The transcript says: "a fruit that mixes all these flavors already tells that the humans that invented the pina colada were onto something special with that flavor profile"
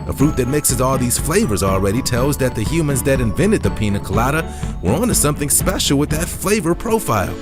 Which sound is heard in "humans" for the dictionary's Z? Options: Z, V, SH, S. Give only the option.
Z